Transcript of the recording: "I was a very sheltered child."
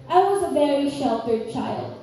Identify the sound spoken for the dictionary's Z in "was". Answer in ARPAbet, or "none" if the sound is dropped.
Z